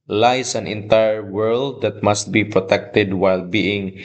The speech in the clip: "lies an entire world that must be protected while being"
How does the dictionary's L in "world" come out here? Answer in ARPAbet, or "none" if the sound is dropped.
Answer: L